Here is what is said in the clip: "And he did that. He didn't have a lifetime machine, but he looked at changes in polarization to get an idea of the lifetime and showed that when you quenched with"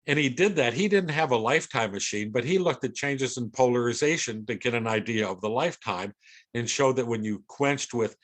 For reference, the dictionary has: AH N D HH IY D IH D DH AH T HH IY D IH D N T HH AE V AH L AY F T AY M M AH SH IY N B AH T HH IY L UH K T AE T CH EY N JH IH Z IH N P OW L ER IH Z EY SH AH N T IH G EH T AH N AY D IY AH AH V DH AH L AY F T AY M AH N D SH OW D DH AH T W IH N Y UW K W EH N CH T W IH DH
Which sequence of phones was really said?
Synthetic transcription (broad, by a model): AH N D IY D IH D DH AH T HH IY D IH D N T HH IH V AH L AY F T AY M M AH SH IY N B AH T HH IY L UH K T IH T CH EY N JH IH Z IH N P OW L ER IH Z EY SH AH N T IH G EH T AH N AY D IY AH AH V DH AH L AY F T AY M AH N SH OW D DH AH T W IH N Y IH K W EH N CH T W IH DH